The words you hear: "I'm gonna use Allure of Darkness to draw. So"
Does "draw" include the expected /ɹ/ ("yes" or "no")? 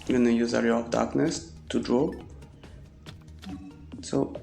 yes